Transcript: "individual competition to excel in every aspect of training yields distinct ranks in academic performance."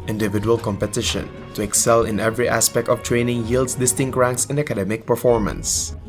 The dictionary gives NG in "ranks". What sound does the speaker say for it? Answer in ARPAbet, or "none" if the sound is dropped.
NG